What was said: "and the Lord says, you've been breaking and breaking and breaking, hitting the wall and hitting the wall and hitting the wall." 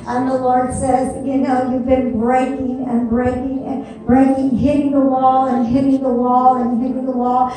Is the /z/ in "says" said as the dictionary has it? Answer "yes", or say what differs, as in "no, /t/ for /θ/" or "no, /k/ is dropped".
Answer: yes